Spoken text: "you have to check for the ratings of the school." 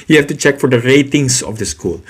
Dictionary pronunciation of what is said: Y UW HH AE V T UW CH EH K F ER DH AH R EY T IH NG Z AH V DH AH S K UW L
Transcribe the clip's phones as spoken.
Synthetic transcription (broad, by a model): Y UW HH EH F T UW CH EH K F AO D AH R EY T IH NG S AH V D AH S K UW L